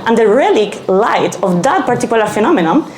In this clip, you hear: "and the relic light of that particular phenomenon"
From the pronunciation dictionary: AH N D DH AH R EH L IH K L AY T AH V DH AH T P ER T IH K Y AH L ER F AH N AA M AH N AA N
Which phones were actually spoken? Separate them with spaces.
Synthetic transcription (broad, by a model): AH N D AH R EH L IH K L AY T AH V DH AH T P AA T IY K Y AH L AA F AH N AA M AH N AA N